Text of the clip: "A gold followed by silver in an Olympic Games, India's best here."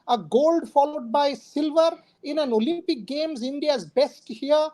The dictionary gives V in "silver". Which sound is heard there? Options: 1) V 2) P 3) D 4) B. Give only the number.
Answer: 1